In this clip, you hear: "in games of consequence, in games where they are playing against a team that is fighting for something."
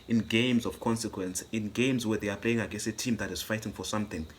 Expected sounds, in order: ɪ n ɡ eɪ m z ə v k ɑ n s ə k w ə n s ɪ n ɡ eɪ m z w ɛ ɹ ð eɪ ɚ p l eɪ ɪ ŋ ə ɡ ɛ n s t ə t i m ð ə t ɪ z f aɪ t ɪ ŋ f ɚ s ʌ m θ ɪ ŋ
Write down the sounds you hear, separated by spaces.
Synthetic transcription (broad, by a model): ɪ n ɡ eɪ m z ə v k ɑ n s ə k w ə n s ɪ n ɡ eɪ m z w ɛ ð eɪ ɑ p l eɪ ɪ ŋ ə ɡ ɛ s ə t i m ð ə t ɪ z f aɪ t ɪ ŋ f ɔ s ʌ m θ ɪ ŋ